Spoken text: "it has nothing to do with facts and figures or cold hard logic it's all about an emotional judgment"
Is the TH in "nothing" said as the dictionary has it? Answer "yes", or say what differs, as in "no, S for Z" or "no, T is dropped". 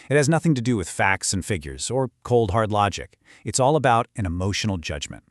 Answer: yes